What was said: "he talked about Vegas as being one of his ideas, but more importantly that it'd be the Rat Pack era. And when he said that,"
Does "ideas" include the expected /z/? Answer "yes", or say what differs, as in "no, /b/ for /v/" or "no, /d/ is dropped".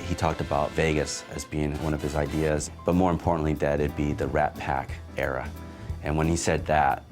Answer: yes